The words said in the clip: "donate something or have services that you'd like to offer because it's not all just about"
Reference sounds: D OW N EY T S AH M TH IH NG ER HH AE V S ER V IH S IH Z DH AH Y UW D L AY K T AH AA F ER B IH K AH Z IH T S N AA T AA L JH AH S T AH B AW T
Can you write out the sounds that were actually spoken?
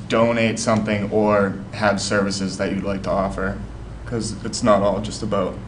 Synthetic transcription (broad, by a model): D OW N EY T S AH M TH IH NG ER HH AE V S ER V IH S IH Z DH AH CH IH D L AY K T AH AA F ER K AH Z IH T S N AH T AA L JH AH S T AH B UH T